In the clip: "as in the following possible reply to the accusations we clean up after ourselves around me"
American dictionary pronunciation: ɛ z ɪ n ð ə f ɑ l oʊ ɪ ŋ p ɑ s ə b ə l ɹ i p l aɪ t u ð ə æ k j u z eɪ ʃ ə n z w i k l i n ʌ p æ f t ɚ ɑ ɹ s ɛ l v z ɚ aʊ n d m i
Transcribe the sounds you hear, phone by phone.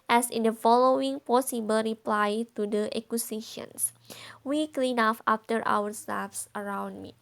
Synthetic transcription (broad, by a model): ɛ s ɪ n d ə f ɑ l oʊ ɪ ŋ p ɑ s ə b ə l ɹ i p l aɪ t u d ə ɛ k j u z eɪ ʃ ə n s w i k l i n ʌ f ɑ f t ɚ ɑ ɹ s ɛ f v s ɚ aʊ n d m i